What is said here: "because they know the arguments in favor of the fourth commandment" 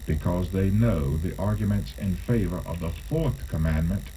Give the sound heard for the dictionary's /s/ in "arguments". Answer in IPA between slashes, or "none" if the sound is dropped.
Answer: /s/